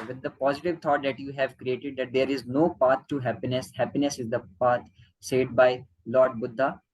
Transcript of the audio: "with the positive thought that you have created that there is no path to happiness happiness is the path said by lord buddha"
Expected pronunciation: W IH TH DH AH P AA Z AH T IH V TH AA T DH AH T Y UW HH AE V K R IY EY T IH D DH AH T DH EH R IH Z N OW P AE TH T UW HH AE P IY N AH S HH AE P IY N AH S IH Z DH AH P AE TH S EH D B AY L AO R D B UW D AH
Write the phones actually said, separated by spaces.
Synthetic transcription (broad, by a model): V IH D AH P AA Z AH T IH V T AA T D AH T Y UW HH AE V K R IY EY T IH D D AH T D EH R IH Z N OW P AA T T UW HH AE P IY N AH S HH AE P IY N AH S IH Z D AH P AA T S EH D B AY L AO R D B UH D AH